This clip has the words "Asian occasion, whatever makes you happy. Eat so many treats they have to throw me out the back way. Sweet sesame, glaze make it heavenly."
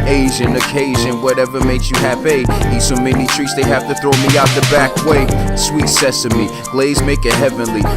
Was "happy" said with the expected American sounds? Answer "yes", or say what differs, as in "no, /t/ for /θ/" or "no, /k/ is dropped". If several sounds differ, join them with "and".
no, /p/ is dropped